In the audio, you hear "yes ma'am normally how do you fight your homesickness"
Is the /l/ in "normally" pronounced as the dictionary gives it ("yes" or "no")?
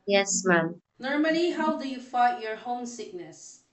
no